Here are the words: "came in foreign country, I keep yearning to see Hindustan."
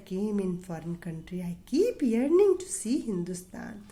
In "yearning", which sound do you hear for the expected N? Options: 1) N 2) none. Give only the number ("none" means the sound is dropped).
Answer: 1